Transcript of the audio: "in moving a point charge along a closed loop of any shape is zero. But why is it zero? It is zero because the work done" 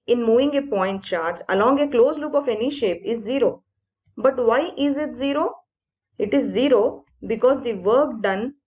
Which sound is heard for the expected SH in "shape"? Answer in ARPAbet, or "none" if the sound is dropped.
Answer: SH